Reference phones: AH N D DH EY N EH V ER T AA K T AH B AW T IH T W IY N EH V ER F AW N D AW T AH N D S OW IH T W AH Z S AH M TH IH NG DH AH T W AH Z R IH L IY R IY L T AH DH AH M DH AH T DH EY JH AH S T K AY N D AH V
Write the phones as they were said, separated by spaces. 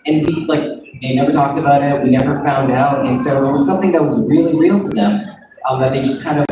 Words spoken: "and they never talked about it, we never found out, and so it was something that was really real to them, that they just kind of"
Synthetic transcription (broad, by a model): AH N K DH EY N EH V ER T AA K T AH B AW T IH T W IY N EH V ER F AW N D AW T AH N S OW IH T W AH Z S AH M TH IH NG DH AH T W AH Z R IH L IY R IY L T AH DH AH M DH AH T DH EY JH AH S K AY N D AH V